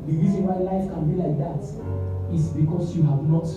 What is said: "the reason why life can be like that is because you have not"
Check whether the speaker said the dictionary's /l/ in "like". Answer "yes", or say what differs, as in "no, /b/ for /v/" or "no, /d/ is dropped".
yes